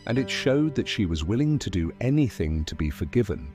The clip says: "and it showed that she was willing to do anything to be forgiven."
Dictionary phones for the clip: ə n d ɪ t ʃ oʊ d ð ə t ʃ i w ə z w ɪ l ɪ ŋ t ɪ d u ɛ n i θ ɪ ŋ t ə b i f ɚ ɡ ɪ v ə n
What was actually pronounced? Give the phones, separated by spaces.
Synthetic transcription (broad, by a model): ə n ɪ t ʃ oʊ d ð ə t ʃ i w ə z w ɪ l ɪ ŋ t ɪ d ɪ ɛ n i θ ɪ ŋ t ə b i f ɚ ɡ ɪ v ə n